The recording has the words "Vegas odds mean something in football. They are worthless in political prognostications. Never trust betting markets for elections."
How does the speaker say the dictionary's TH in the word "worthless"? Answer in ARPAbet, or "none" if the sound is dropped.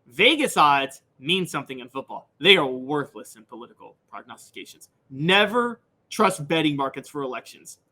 TH